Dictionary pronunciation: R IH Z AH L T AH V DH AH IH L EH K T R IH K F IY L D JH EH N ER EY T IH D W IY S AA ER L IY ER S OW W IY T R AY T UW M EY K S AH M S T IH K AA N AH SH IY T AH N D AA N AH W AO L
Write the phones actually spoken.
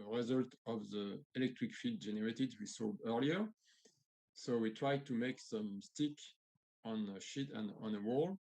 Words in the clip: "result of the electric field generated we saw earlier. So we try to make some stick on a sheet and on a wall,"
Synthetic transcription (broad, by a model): R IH Z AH L T AH V DH AH IH L EH K T R IH K F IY D JH EH N ER EY T IH D W IY S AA ER L IY ER S OW W IY T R AY T UW M EY K S AH M S T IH K AA N AH SH IY T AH N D AA N AH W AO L